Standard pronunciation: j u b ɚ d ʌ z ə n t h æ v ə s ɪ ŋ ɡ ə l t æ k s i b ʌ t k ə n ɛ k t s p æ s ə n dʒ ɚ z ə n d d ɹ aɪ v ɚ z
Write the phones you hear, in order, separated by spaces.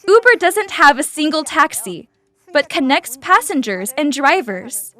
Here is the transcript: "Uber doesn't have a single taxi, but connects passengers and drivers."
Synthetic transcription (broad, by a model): u b ɚ d ʌ z ə n t h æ v ə s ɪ ŋ ɡ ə l t æ k s i b ʌ t k ə n ɛ k t s p æ s ə n dʒ ɚ z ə n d d ɹ aɪ v ɚ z